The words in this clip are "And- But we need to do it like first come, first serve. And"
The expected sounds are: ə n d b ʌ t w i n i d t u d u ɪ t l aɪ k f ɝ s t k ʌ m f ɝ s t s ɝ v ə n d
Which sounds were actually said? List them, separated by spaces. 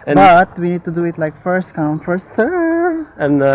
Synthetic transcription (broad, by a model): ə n b ʌ t w i n i d t u d u ɪ t l aɪ k f ɝ s t k ʌ m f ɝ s s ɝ ə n